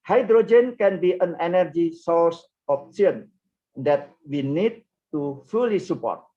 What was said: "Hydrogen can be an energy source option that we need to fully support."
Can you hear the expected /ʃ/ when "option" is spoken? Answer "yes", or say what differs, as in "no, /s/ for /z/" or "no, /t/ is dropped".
no, /s/ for /ʃ/